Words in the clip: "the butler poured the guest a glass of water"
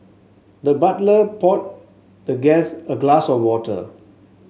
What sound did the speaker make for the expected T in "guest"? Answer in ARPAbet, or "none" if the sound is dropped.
none